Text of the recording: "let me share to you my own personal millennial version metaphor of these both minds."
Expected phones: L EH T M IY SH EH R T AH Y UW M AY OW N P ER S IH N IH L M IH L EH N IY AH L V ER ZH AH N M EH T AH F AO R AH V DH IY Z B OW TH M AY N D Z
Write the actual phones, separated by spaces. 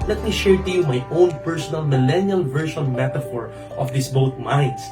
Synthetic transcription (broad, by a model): L EH T M IY SH EH R T AH Y UW M AY OW N P ER S IH N IH L M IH L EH N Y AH L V ER SH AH N M EH T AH F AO R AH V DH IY S B OW T M AY N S